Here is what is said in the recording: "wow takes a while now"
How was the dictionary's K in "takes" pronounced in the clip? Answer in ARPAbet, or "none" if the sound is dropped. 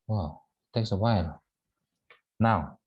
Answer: K